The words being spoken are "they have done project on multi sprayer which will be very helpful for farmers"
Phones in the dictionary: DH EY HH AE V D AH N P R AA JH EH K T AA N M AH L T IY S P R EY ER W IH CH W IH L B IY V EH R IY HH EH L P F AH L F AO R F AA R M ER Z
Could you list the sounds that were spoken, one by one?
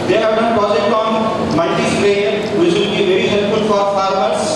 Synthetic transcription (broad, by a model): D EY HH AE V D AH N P AA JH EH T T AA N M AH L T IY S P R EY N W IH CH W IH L B IY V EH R IY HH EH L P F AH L F AO R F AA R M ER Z